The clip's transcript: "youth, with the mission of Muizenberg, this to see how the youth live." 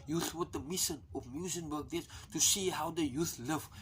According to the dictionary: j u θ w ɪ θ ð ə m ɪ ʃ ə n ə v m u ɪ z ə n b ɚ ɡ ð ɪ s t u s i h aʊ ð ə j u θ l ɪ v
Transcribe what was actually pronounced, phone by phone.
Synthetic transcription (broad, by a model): j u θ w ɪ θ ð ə m ɪ ʃ ə n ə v m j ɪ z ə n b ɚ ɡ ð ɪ t u s i h aʊ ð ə j u θ l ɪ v